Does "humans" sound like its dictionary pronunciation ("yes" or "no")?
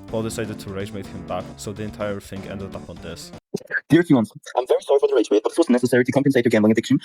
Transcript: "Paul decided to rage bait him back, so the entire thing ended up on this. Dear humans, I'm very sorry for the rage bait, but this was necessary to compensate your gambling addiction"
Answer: no